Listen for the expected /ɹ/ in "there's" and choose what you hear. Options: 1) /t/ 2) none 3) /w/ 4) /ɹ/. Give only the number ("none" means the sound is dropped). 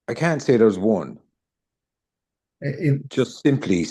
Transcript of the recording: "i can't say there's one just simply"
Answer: 3